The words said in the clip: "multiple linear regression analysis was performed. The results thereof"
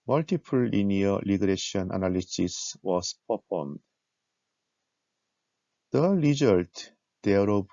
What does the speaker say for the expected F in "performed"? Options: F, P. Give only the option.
P